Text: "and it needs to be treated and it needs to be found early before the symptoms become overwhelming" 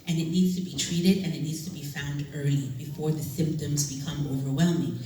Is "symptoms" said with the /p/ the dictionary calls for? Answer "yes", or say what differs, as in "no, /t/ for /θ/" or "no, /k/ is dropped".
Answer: yes